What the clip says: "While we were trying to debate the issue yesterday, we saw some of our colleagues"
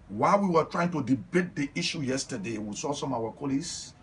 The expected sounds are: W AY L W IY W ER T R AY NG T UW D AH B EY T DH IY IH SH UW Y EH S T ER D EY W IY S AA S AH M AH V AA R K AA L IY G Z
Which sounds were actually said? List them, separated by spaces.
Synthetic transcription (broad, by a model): W AY L W IY W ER T R AY NG T UW D AH B EY T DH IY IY SH UW Y EH S T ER D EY W IY S AA S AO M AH W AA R K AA L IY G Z